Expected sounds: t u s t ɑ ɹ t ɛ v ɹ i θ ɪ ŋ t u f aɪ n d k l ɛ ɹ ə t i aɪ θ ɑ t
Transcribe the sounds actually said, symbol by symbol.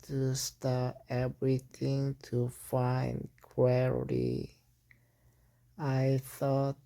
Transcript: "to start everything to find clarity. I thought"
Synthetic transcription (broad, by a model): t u s t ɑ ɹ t ɛ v ɹ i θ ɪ ŋ t u f aɪ n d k w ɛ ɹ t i aɪ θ ɑ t